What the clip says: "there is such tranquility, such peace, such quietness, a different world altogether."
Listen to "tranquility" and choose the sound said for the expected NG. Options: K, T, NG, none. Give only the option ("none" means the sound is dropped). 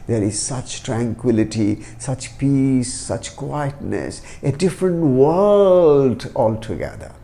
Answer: NG